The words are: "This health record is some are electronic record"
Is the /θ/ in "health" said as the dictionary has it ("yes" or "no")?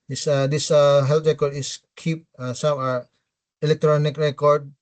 no